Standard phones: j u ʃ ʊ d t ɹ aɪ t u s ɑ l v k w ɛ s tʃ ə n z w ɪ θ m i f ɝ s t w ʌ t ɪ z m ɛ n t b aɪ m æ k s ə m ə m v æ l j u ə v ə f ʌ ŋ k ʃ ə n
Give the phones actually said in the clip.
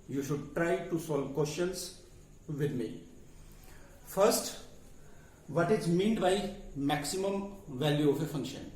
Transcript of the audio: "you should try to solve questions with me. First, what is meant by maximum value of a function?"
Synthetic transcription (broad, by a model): j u ʃ ʊ d t ɹ aɪ t u s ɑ l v k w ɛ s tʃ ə n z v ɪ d m i f ɝ s t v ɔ t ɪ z m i n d b aɪ m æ k s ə m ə m v æ l j u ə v ə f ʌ ŋ k ʃ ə n